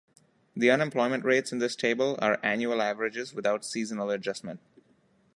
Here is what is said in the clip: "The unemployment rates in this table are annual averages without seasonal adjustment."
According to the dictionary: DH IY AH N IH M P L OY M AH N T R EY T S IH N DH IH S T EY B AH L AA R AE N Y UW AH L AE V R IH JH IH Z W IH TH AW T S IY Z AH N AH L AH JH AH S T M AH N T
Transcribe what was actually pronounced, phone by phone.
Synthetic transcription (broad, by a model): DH IY AH N IH M P L OY M AH N T R EY T S IH N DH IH S T EY B AH L AA R AE N Y UW AH L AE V R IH JH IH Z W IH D AW T S IY Z AH N AH L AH JH AH S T M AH N T